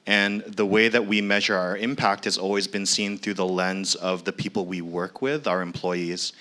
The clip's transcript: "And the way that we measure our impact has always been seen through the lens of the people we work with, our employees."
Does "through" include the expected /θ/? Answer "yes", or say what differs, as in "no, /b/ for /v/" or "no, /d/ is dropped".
yes